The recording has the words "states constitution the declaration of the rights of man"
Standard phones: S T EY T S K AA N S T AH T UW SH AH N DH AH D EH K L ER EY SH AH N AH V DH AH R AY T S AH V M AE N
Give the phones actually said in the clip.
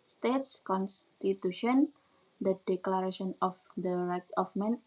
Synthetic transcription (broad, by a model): S T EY T S K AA N S T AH T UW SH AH N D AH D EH K L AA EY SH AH N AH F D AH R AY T AH F M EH N